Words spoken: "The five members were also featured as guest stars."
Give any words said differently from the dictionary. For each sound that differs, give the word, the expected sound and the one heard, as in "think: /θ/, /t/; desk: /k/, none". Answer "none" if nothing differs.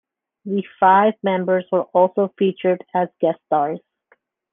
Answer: none